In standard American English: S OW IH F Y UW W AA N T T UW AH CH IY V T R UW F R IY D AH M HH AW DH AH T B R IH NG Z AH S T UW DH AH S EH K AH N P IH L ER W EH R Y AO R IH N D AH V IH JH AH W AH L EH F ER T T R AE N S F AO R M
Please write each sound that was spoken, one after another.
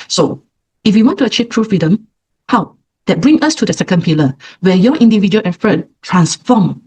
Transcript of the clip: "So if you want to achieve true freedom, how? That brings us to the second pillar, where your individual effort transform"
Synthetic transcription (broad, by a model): S OW IH F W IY W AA N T T UW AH CH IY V T R UW F R IY D AH M HH AW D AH T B R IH NG AH S T UW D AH S EH K AH N P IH L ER W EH Y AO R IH N D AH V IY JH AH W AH L EH F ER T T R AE N S F AO M